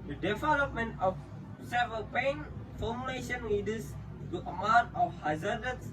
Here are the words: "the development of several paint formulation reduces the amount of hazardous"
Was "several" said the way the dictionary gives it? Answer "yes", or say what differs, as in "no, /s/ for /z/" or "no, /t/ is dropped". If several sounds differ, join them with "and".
no, /ɹ/ is dropped